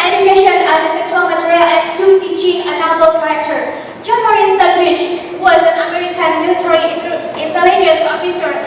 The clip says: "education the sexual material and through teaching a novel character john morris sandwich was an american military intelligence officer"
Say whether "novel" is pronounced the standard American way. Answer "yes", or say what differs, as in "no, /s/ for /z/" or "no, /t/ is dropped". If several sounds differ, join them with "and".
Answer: no, /b/ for /v/